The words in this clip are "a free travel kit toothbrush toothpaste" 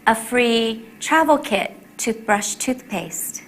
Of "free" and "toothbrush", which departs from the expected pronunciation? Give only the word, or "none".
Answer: none